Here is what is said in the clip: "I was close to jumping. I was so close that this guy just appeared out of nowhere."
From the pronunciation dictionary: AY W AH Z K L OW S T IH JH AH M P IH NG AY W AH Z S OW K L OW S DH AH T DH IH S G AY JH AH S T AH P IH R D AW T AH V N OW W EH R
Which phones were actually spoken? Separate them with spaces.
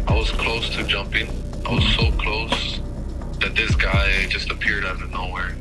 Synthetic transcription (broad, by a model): AY W AH Z K L OW S T IH JH AH M P IH NG AY W AH Z S OW K L OW S DH AH T DH IH S G AY JH AH S T AH P IH R D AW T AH N OW W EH R